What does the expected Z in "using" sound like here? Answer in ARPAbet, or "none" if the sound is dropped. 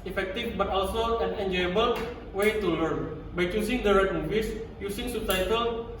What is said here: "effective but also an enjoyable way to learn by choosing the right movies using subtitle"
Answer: S